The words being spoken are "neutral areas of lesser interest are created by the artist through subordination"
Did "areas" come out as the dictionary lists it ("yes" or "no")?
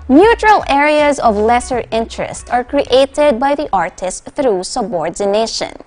yes